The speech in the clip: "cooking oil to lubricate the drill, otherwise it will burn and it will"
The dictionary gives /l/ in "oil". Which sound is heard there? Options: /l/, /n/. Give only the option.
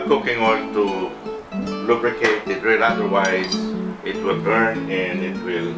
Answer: /n/